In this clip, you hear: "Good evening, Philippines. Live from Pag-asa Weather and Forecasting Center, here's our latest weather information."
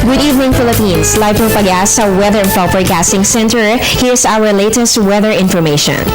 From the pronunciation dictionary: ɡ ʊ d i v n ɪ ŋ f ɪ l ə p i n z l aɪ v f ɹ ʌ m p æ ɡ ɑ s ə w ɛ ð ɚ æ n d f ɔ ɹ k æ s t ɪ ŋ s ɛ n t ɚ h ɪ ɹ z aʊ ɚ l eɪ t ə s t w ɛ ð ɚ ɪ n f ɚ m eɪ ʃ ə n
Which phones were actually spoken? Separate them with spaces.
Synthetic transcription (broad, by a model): ɡ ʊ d i v n ɪ ŋ f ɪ l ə p i n s l aɪ v p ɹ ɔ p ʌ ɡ ɑ s ə w ɛ ð ɚ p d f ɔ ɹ k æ s t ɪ ŋ s ɛ n t ɚ h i ɹ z aʊ ɚ l eɪ t ə s t w ɛ ð ɚ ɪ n f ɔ m eɪ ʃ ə n